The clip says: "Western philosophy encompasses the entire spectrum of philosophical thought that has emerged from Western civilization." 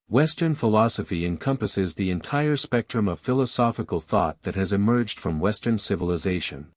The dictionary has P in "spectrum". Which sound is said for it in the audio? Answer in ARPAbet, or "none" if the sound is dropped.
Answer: P